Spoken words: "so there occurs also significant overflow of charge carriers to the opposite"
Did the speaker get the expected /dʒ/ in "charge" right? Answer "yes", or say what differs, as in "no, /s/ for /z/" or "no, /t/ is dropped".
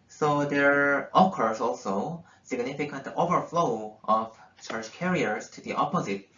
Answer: no, /tʃ/ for /dʒ/